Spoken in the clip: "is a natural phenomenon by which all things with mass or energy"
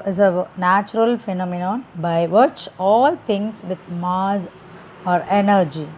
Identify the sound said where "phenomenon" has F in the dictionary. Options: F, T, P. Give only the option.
F